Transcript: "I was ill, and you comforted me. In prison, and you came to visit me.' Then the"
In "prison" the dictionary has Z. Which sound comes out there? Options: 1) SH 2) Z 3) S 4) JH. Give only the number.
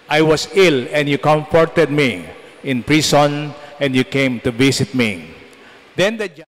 3